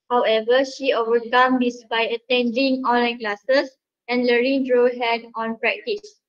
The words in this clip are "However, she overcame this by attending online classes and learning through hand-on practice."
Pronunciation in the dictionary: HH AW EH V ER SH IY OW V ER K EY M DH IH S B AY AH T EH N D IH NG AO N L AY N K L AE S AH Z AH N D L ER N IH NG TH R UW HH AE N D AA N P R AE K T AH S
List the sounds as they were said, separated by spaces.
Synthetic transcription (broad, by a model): HH AW EH V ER SH IY OW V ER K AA M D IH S B AY AH T EH N D IH NG AO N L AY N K L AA S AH S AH N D L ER IH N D R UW HH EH D AA N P R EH K T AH S